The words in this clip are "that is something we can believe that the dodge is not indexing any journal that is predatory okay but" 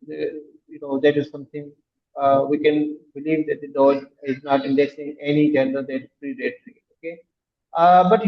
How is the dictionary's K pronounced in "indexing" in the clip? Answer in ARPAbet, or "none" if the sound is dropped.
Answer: none